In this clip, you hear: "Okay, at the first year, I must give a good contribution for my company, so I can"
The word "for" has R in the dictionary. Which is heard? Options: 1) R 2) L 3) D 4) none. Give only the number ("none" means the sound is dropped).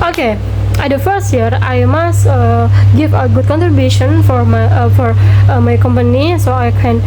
1